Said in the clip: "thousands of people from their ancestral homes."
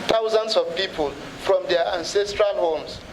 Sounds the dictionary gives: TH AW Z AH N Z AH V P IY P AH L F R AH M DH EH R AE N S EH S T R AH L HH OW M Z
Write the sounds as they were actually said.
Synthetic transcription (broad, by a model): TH AW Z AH N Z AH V P IY P AH L F R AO M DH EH AE N S EH S T R AH L HH OW M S